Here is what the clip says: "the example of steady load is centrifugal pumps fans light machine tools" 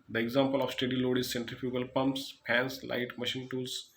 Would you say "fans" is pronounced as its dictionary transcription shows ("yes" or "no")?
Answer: no